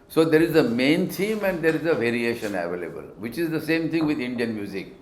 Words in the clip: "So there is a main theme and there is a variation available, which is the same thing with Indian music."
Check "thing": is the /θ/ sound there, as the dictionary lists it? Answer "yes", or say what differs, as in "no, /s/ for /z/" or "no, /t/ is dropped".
no, /t/ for /θ/